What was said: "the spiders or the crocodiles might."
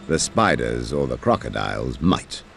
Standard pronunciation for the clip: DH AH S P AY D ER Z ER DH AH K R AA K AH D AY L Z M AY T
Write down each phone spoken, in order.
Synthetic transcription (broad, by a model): DH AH S P AY D ER Z ER DH AH K R AA K AH D AY L Z M AY T